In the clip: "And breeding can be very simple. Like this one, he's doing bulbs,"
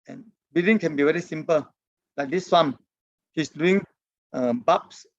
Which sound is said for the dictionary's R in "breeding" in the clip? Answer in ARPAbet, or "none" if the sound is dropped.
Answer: none